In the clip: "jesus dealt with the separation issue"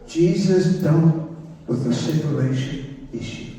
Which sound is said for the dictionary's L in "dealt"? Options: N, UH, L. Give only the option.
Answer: N